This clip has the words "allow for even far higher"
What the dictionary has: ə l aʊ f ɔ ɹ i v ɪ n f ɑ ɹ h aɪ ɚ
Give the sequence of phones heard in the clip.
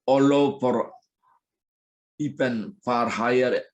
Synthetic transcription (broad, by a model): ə l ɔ p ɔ ɹ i p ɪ n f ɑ ɹ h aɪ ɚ